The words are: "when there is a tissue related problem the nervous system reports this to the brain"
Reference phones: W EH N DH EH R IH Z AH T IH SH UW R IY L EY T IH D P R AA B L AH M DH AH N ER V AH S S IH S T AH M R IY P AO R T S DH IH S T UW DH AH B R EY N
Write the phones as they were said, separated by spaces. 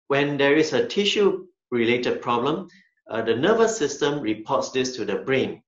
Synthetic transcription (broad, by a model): W EH N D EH R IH S AH T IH SH UW R IY L EY T IH D P R AA B L AH M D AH N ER V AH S S IH S T AH M R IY P AO T S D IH S T UW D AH B R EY N